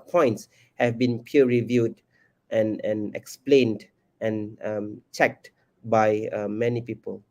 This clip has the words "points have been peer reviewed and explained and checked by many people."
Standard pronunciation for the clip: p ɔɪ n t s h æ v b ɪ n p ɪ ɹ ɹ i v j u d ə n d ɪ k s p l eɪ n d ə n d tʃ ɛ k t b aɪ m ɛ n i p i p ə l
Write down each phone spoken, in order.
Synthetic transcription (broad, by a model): p ɔɪ n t s h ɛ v b ɪ n p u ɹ ɹ i v j u d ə n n ɪ k s p l eɪ n d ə n tʃ ɛ k t b aɪ m ɛ n i p i p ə l